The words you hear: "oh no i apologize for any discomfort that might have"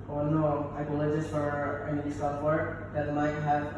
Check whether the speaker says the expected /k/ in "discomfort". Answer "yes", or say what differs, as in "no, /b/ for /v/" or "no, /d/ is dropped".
no, /k/ is dropped